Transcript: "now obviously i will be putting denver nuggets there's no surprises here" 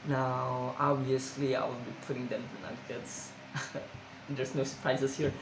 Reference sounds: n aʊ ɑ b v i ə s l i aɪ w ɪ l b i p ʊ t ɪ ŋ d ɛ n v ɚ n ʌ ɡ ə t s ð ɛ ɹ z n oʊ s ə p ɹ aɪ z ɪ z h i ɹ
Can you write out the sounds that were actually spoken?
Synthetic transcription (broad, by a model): n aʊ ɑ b i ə s l i aɪ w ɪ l b i p ʊ t ɪ ŋ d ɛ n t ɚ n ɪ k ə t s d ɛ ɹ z n oʊ s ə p ɹ aɪ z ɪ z h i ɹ